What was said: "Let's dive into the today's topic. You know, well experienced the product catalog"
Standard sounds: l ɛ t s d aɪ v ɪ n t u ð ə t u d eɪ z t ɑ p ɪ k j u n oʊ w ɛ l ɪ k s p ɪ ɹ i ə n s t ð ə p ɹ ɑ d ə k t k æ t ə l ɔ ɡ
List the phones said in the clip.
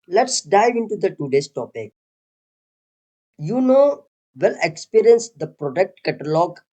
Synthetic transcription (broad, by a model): l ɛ t s d aɪ v ɪ n t u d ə t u d eɪ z t ɑ p ɪ k j u n oʊ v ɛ l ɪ k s p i ɹ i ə n s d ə p ɹ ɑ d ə k t k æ t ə l ɔ ɡ